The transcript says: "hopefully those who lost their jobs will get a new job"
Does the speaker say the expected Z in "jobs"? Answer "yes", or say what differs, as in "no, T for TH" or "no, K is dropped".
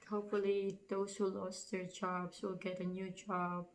no, S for Z